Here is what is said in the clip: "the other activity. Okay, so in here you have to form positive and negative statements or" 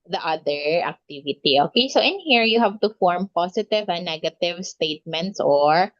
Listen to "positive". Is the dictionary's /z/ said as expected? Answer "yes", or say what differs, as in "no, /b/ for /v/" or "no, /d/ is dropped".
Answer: no, /s/ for /z/